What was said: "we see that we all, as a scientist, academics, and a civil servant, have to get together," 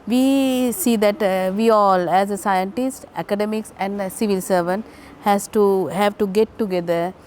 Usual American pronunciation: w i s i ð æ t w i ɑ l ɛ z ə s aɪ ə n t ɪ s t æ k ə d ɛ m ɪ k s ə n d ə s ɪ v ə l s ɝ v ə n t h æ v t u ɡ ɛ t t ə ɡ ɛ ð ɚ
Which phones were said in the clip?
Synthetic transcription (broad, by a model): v i s i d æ t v i ɑ l ɛ z ə s aɪ ə n t ɪ s t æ k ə d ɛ m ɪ k s ə n d s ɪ v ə l s ɝ v ə n t h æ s t u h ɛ t t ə ɡ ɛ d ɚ